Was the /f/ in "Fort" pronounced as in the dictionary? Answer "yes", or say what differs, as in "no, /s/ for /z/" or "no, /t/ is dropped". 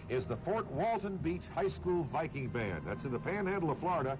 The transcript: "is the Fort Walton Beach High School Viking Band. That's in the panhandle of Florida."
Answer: yes